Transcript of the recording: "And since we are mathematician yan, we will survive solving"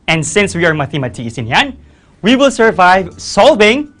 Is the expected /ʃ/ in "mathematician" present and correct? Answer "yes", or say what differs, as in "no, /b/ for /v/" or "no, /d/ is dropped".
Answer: no, /s/ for /ʃ/